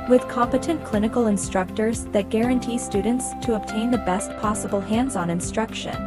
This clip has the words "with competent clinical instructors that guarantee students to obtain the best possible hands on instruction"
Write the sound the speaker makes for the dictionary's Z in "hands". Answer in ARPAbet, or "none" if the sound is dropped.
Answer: Z